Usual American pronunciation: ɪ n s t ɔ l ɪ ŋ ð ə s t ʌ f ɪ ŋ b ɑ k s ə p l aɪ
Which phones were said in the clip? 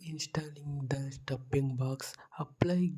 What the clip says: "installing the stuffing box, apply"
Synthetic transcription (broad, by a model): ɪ n s t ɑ l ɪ ŋ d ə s t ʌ p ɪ ŋ b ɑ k s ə p l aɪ